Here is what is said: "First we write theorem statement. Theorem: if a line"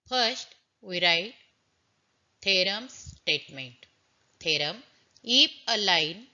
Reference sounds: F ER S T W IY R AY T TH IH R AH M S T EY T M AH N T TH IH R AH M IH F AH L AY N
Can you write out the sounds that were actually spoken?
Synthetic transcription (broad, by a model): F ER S T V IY R AY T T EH R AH M S T EY T M AH N T T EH R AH M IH P AH L AY N